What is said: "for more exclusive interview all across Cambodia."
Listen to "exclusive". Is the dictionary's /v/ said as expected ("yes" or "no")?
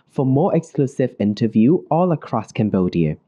yes